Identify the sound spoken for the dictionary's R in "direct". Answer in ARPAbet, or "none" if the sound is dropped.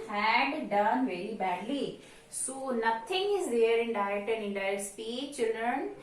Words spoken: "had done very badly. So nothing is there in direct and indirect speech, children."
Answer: none